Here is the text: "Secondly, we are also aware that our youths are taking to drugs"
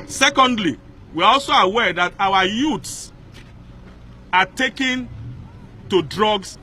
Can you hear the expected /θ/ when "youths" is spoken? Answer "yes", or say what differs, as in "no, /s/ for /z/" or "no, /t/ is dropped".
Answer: no, /t/ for /θ/